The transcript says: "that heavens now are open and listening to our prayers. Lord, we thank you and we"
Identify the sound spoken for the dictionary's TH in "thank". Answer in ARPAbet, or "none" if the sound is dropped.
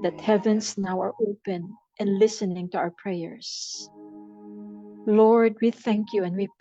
TH